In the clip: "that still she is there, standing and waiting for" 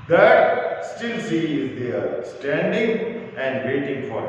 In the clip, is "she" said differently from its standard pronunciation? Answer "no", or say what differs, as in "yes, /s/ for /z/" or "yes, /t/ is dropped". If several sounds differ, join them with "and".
yes, /s/ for /ʃ/